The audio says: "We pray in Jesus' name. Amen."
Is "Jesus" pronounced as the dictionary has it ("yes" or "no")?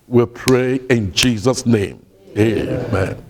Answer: yes